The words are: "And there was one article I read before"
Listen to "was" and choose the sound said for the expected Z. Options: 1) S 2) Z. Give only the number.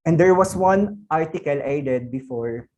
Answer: 1